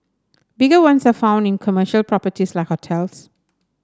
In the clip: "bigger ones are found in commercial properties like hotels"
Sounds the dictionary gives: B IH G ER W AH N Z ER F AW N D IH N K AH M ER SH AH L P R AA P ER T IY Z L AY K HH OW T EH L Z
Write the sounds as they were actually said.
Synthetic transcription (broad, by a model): B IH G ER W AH N S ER F AW N D IH N K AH M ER SH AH L P R AA P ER T IY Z L AY K HH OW T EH L S